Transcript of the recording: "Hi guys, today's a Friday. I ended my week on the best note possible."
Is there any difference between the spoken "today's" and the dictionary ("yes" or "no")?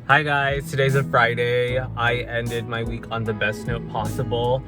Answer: no